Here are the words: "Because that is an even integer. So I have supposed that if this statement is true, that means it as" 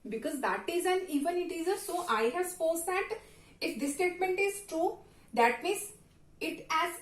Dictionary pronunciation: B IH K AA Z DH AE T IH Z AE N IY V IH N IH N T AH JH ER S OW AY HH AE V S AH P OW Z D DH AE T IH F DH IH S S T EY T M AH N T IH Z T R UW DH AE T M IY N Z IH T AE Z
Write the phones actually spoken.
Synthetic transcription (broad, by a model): B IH K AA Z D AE T IH Z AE N IY V IH N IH T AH Z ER S OW AY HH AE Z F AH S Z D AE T IH F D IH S S T EY T M AH N T IH Z T R UW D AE T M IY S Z IH T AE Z